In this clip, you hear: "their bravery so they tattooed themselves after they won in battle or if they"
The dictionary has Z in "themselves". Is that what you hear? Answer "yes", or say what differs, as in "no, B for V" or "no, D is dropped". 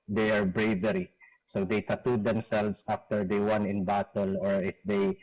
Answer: no, S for Z